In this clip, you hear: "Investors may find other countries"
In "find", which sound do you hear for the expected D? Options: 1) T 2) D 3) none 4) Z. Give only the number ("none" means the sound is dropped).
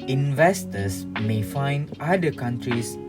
2